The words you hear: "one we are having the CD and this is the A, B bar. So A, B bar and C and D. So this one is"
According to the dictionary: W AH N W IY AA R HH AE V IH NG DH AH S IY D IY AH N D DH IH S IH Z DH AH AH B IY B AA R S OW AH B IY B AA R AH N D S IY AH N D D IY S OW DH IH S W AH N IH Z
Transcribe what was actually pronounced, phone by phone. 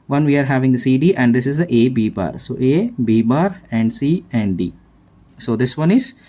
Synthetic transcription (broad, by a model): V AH N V IY AA R HH AE V IH NG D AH S IY D IY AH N D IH S IH Z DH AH AH B IY B AA R S OW AH B IY B AA R AH N D S IY AH N D D IY S OW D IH S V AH N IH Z